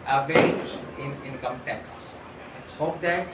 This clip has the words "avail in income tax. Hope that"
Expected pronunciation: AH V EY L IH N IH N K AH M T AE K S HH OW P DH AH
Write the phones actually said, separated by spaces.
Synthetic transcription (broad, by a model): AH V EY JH IH N IH N K AH M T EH S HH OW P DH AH